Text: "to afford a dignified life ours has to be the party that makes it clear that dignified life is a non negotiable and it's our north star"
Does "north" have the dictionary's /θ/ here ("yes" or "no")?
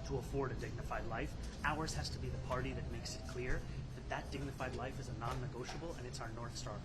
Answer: yes